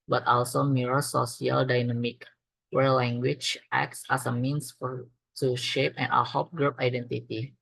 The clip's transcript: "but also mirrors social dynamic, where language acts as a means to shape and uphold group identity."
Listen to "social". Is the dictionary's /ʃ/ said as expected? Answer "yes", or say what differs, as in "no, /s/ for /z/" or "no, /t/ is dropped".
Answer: no, /s/ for /ʃ/